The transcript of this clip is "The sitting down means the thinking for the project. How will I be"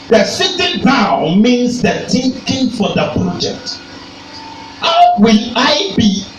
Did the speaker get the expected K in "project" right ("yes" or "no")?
yes